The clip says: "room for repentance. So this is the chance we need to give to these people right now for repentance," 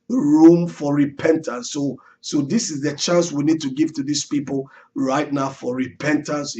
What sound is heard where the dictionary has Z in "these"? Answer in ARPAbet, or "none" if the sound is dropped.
S